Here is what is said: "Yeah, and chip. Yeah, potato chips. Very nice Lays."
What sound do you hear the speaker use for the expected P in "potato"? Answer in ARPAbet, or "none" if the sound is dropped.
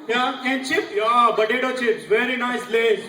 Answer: B